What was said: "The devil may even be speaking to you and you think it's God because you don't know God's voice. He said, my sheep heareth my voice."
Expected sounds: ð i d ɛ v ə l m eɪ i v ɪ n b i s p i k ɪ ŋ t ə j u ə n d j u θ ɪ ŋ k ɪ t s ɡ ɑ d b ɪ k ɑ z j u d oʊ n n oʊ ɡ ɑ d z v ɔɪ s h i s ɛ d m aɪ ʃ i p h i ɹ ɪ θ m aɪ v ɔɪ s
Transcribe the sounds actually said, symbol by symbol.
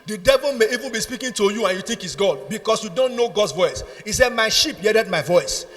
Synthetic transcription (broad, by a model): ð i d ɛ v ə l m eɪ i v ɪ n b i s p i k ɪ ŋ t ə j u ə n j u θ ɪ ŋ k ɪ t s ɡ ɑ d b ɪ k ɑ s j u d oʊ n n oʊ ɡ ɑ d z v ɔɪ s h i s ɛ d m aɪ ʃ i p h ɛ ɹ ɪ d m aɪ v ɔɪ s